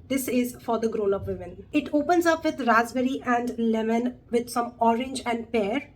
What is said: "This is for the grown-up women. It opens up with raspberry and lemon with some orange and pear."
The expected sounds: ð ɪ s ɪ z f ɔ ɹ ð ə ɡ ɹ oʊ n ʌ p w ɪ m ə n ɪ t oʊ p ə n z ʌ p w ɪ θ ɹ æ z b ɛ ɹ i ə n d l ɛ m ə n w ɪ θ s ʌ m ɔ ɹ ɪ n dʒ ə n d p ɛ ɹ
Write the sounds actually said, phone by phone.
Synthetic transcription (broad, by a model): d ɪ s ɪ z f ɔ ɹ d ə ɡ ɹ oʊ l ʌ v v ɪ m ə n ɪ t oʊ p ə n z ʌ p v ɪ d ɹ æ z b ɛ ɹ i ə n d l ɛ m ə n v ɪ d s ʌ m ɔ ɹ ɪ n dʒ ə n d p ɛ ɹ